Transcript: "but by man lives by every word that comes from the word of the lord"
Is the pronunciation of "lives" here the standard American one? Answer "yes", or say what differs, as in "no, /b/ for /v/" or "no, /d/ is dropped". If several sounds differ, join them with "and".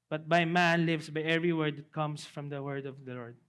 no, /s/ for /z/